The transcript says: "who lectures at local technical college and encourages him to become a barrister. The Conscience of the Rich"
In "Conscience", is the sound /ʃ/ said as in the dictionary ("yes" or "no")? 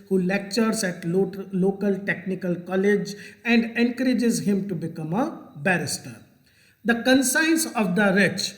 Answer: no